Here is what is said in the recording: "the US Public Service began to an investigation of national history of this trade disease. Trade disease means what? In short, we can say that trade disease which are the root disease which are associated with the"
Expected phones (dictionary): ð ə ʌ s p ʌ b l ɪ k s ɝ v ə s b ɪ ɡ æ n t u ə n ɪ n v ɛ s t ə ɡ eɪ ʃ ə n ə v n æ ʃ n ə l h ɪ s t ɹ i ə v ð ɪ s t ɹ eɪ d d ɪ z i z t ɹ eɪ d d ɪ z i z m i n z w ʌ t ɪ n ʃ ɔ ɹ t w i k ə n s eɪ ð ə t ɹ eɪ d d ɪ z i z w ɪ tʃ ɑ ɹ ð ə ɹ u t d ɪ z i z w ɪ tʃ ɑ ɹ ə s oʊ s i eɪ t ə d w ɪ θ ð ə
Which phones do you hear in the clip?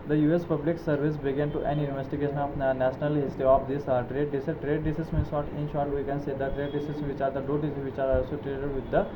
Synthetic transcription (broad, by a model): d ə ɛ s p ʌ b l ɪ k s ɝ v ə s b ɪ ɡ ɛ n t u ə n ɪ n v ɛ s t ə ɡ eɪ ʃ ə n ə f n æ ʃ n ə l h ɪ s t i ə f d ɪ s t ɹ eɪ d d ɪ s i t ɹ eɪ d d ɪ s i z m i n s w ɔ t ɪ n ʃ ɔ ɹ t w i k ə n s eɪ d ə t ɹ eɪ d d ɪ s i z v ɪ tʃ ɑ ɹ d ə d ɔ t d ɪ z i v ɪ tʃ ɑ ɹ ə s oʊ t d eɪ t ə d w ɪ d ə